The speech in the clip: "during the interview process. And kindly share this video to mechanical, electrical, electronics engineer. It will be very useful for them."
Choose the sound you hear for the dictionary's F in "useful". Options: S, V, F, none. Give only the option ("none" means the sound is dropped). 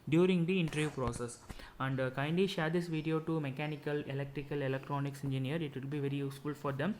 F